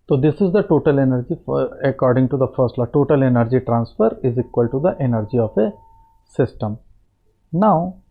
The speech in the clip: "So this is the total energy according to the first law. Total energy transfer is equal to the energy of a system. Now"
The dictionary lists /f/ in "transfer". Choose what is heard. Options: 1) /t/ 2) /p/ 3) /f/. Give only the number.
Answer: 3